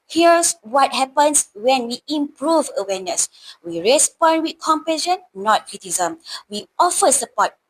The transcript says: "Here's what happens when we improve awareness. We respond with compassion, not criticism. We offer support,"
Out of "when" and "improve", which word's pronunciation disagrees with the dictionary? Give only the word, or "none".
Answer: none